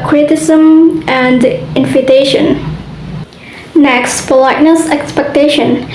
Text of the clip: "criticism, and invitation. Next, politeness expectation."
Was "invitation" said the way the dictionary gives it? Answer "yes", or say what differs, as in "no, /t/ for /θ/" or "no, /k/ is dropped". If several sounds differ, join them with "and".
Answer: no, /f/ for /v/